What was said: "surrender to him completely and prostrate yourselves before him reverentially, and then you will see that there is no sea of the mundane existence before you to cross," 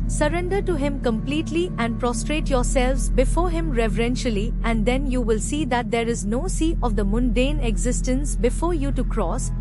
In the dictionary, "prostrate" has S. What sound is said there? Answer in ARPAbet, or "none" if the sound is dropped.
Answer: S